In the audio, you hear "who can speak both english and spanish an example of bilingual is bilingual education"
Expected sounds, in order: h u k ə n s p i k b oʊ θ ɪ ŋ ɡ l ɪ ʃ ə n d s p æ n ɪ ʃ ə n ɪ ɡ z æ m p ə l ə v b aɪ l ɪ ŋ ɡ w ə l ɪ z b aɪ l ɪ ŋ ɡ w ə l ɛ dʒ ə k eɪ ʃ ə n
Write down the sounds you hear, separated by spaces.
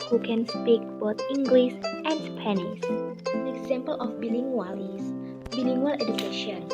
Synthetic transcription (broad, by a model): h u k ə n s p i k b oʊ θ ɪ ŋ ɡ l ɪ s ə n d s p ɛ n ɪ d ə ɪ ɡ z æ m p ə l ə f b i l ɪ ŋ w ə l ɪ s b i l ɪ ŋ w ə l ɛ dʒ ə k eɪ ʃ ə n